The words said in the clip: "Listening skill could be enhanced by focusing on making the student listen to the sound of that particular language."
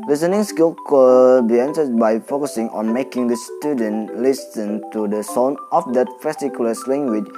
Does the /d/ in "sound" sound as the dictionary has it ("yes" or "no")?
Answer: no